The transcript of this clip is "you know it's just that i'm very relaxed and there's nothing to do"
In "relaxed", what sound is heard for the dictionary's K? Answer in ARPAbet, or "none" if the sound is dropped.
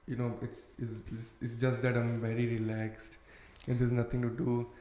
K